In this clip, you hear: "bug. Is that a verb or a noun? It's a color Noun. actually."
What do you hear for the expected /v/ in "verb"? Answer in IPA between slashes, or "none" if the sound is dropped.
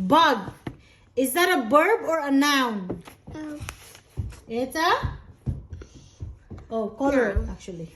/b/